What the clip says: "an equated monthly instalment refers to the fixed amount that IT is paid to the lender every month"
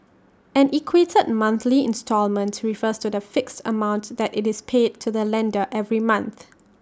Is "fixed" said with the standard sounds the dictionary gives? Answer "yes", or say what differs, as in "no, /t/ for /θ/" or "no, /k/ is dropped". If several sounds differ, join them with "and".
yes